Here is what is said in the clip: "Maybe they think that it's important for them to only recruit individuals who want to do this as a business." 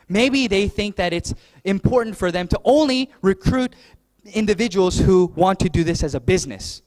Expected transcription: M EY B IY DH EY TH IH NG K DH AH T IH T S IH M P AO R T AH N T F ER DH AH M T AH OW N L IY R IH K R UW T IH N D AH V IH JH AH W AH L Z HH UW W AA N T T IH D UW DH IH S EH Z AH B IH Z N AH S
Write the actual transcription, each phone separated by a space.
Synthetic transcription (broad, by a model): M EY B IY DH EY TH IH NG K DH AH T IH T S IH M P AO R T N T F ER DH AH M T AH OW N L IY R IH K R UW T IH N D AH V IH JH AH W L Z HH UW W AA N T T IH D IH DH IH S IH Z AH B IH Z N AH S